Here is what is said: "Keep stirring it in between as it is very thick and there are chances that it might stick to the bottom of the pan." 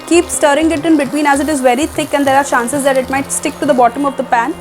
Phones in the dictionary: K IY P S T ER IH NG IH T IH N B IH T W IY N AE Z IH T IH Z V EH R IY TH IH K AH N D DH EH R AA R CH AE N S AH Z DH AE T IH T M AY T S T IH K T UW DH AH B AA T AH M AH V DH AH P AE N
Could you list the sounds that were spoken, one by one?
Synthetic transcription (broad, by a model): K IY P S T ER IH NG IH T IH N B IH T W IY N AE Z IH T IH Z V EH R IY T IH K AH N D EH R AA R CH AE N S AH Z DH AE T IH T M AY T S T IH K T UW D AH B AA T AH M AH V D AH P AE N